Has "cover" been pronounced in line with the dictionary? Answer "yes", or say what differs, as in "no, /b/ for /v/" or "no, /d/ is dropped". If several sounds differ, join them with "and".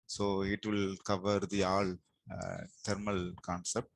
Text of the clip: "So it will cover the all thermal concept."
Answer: yes